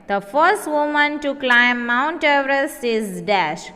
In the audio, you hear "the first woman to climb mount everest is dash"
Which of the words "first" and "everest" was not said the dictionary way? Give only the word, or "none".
everest